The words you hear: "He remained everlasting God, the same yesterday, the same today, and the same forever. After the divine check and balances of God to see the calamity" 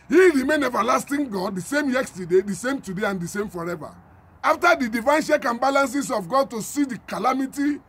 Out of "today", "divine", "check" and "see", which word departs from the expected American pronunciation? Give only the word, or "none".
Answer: check